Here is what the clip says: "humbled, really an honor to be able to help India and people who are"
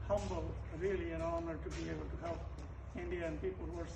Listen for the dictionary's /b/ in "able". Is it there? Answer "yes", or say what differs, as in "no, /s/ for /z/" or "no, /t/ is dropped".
no, /b/ is dropped